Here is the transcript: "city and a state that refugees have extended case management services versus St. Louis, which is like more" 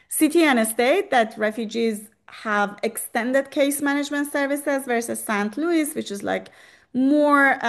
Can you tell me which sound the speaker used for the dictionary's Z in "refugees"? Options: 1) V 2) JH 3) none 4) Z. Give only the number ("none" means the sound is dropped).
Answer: 4